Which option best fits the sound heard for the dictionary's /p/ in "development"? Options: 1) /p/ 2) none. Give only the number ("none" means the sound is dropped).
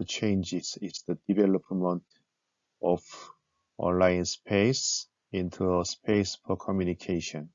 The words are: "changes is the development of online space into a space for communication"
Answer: 1